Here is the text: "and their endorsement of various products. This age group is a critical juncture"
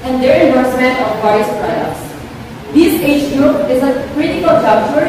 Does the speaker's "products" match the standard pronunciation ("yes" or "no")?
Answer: no